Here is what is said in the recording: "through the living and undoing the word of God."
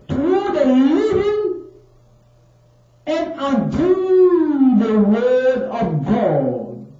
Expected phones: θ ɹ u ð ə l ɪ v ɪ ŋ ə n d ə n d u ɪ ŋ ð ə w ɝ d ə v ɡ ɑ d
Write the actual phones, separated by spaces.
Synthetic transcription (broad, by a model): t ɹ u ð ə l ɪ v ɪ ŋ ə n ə d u ð ə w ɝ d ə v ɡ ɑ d